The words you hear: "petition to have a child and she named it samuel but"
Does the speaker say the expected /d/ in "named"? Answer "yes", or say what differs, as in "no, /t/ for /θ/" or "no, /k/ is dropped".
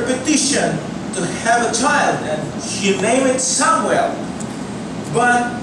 no, /d/ is dropped